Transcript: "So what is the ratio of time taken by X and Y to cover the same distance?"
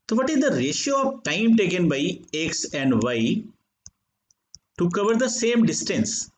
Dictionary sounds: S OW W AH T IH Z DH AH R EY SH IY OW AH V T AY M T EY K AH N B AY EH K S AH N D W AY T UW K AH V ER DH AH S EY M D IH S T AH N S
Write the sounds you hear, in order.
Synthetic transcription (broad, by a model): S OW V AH T IH Z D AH R EY SH IY OW AH V T AY M T EY K AH N B AY EH K S AH N D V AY T UW K AH V ER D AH S EY M D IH S T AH N S